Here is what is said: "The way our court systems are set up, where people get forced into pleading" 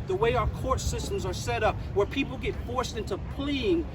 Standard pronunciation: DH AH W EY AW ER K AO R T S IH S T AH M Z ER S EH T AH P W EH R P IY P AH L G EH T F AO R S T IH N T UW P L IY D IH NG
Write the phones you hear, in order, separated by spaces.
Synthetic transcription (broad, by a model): DH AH W EY AW ER K AO R T S IH S T AH M Z ER S EH T AH P W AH R P IY P L G EH T F AO R S T IH N T UW P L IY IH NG